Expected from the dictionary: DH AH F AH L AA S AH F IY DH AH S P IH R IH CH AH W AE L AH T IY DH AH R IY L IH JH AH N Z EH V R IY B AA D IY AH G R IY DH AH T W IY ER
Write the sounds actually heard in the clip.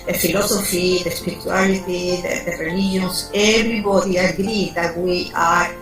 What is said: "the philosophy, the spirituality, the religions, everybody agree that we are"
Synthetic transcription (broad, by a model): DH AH F AH L AA S AH F IY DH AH S P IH R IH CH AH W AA L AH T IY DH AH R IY L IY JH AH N S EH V R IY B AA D IY AH G R IY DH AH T W IY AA